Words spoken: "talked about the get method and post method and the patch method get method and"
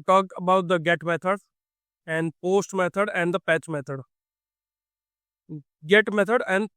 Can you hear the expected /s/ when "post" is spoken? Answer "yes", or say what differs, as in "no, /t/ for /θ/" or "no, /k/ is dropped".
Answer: yes